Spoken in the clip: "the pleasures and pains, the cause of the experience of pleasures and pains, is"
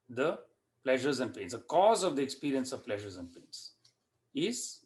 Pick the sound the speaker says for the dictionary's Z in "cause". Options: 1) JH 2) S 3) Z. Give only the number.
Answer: 3